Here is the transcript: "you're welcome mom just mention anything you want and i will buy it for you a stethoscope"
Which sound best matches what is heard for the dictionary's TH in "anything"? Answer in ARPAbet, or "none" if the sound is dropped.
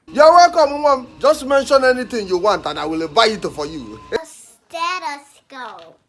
T